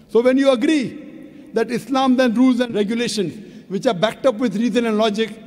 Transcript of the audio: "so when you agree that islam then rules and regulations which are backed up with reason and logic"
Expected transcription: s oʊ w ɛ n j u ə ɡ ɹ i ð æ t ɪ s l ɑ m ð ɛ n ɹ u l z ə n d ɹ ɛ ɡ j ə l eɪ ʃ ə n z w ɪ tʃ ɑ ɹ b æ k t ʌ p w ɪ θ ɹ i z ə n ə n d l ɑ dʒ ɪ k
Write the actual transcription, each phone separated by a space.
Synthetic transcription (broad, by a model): s oʊ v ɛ n j u ə ɡ ɹ i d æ t ɪ s l ɑ m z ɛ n ɹ u l z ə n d ɹ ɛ ɡ j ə l eɪ ʃ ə n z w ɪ tʃ ɑ ɹ b æ k t ʌ p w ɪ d ɹ i z ə n ə n d l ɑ dʒ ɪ k